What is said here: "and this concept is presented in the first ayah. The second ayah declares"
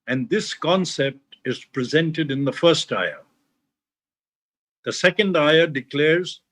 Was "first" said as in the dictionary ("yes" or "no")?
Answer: yes